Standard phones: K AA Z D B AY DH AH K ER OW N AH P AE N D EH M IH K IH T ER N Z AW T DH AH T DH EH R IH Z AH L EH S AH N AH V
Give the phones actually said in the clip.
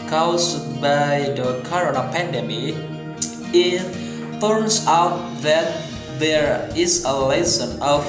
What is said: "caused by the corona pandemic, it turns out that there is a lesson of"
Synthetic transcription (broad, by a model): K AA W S B AY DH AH K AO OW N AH P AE N D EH M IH IH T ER N S AW T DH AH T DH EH R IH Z AH L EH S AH N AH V